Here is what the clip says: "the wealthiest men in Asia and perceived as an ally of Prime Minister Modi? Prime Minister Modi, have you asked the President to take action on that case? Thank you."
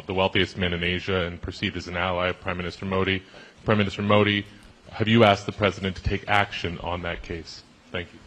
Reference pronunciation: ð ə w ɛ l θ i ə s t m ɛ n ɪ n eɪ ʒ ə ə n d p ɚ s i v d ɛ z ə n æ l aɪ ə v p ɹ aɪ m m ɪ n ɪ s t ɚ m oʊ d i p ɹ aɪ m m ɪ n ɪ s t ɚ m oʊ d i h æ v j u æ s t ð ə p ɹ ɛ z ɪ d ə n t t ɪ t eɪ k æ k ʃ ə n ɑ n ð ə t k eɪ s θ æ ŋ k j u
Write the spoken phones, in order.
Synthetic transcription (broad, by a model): ð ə w ɛ l θ i ə s t m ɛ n ɪ n eɪ ʒ ə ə n p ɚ s i d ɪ z n æ l aɪ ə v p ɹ aɪ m m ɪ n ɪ s t ɚ m oʊ d i p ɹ aɪ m m ɪ n ɪ s t ɚ m oʊ d i h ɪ v j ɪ æ s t ð ə p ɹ ɛ z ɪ d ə n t t ɪ t eɪ k æ k ʃ ə n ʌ n ð ə t k eɪ s θ æ ŋ k j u